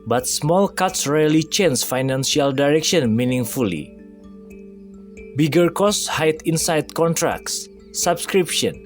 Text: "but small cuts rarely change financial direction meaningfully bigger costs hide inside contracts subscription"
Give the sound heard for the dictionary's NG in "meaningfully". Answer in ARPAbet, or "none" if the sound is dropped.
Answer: NG